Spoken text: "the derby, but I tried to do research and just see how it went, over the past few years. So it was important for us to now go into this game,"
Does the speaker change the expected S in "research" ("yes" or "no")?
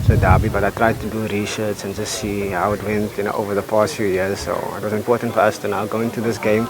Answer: yes